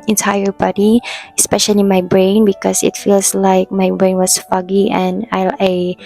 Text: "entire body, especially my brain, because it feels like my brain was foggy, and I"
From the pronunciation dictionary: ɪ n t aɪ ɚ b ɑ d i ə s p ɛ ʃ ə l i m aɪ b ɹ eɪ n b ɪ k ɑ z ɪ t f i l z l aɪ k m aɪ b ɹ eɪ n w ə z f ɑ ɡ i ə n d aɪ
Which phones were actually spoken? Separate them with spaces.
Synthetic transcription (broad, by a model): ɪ n t aɪ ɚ b ɑ d i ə s p ɛ ʃ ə l i m aɪ b ɹ eɪ n b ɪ k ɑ s ɪ t f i l s l aɪ k m aɪ b ɹ eɪ n w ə s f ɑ ɡ i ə n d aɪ